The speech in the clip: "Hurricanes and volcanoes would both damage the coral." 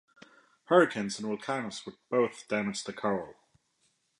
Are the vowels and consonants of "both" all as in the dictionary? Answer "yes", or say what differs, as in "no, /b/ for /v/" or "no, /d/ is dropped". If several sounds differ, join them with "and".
yes